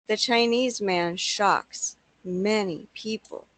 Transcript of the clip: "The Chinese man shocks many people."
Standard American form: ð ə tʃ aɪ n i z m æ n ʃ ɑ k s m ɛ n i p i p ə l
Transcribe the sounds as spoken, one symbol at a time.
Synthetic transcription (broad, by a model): ð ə tʃ aɪ n i z m æ n ʃ ɑ k s m ɛ n i p i p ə l